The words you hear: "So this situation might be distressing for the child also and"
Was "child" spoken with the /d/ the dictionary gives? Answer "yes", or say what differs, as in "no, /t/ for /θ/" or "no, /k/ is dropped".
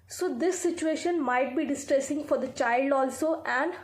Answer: yes